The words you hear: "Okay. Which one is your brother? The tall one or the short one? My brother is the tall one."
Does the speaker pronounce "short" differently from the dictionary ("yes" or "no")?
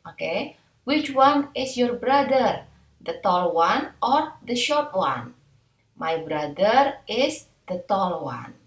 no